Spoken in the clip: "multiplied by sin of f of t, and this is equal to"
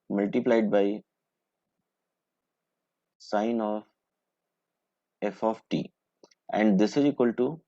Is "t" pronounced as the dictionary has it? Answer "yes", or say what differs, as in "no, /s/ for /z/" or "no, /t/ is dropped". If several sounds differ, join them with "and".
yes